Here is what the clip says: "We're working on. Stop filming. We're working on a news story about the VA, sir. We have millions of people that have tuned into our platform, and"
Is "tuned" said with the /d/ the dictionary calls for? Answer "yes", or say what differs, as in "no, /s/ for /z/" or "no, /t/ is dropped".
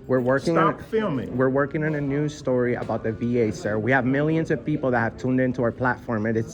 yes